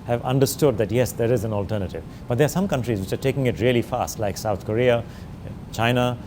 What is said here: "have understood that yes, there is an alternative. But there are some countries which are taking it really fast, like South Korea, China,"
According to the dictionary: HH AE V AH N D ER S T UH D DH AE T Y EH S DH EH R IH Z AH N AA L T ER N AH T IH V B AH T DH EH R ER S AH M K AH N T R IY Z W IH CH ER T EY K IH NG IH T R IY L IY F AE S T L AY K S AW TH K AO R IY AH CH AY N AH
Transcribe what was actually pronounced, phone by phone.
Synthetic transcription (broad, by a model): HH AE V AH N D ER S T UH D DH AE T Y EH S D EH R IH Z AH N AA L T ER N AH T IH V B AH T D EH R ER S AH M K AH N T R IY Z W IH CH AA T EY K IH NG IH T R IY L IY F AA S T L AY K S AW T K AO R IY AH CH AY N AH